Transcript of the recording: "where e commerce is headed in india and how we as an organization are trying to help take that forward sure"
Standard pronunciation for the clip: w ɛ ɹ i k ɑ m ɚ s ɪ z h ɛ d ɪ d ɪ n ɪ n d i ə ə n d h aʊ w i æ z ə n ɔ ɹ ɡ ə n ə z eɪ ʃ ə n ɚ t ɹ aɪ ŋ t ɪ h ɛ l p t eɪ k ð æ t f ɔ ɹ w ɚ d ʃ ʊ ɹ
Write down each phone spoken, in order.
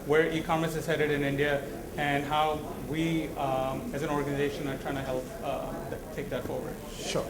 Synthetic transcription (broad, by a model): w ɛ ɹ i k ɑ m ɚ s ɪ z h ɛ d ɪ d ɪ n ɪ n d i ə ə n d h aʊ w i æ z ə n ɔ ɹ ɡ ə n ə z eɪ ʃ ə n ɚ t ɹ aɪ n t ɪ h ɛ l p t eɪ k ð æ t f ɔ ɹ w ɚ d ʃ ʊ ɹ